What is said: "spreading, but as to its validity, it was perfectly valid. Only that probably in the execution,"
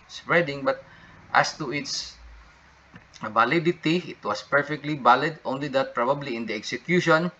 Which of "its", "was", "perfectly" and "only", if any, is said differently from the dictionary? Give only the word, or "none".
was